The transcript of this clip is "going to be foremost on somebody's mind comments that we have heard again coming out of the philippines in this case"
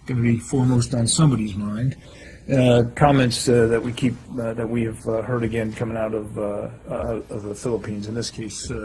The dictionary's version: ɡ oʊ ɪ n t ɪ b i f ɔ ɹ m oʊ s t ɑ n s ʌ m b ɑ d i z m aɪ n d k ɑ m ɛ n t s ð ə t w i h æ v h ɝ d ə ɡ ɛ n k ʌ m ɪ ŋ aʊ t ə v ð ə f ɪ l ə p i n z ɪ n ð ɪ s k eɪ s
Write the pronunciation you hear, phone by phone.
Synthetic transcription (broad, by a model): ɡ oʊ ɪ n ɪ b i f ɔ ɹ m oʊ s t n s ʌ m b ɑ d i z m aɪ n d k ɑ m ɛ n t s ð ə t w i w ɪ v h ɝ d ə ɡ ɛ n k ʌ m ɪ ŋ aʊ t ə v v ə f ɪ l ə p i n z ɪ n ð ɪ s k eɪ s